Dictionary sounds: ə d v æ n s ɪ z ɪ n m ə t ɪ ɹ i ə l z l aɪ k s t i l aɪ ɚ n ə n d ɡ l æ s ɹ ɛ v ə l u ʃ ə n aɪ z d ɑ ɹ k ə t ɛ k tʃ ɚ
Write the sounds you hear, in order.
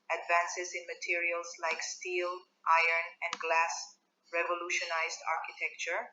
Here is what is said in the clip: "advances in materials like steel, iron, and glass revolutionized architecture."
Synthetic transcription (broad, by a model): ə d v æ n s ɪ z ɪ n m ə t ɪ ɹ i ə l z l aɪ k s t i l aɪ ɚ n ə n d ɡ l æ s ɹ ɛ v ə l u ʃ ə n aɪ z d ɑ ɹ k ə t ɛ k tʃ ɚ